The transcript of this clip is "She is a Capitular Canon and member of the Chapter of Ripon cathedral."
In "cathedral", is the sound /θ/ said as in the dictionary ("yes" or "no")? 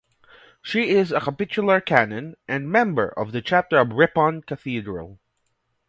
yes